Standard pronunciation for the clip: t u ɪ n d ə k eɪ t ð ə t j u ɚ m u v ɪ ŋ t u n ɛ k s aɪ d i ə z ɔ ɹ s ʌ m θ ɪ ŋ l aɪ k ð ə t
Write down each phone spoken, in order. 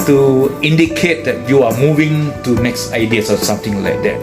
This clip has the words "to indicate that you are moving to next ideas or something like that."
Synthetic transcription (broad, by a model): t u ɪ n d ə k eɪ t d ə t j u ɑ m u v ɪ ŋ t u n ɛ k s aɪ d i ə s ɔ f s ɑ m t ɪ ŋ l aɪ k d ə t